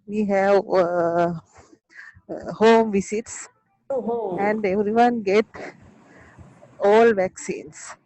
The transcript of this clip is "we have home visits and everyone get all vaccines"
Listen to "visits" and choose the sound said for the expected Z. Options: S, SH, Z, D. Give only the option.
S